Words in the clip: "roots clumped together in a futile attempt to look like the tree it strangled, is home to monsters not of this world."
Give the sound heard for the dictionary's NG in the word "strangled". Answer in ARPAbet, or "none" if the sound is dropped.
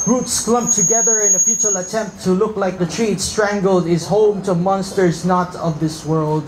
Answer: NG